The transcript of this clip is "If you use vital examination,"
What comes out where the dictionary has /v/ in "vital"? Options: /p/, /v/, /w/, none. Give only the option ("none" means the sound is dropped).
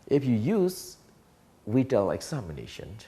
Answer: /w/